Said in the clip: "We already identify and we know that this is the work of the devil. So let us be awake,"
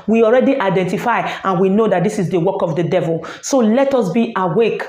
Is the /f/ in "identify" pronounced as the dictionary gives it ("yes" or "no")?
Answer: yes